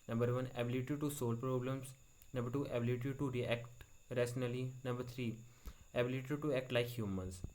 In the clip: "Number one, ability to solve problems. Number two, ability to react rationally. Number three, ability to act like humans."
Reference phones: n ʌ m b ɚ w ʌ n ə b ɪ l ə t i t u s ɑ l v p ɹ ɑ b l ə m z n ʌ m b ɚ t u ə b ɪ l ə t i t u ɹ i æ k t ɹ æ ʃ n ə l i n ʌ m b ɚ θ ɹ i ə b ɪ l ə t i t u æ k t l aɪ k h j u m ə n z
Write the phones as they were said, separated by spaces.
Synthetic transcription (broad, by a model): n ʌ m b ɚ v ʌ n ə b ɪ l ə t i t u s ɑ l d p ɹ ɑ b l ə m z n ʌ m b ɚ t u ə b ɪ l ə t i t u ɹ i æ k t ɹ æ s n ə l i n ʌ m b ɚ t ɹ i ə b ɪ l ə t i t u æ k t l aɪ k h j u m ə n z